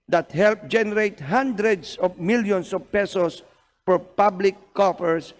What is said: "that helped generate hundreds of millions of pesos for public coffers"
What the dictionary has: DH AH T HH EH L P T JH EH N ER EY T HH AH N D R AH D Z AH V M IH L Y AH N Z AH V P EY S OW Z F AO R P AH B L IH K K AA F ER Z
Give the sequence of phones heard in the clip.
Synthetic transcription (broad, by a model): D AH T HH EH L P JH EH N ER EY T HH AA N D R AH D S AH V M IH L Y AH N S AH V P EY S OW S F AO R P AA B L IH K K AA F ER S